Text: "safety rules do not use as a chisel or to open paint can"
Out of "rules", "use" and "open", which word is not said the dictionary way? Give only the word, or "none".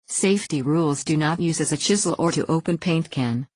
none